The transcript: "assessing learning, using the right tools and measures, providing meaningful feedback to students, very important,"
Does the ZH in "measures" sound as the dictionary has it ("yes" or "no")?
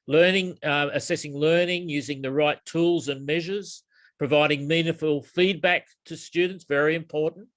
yes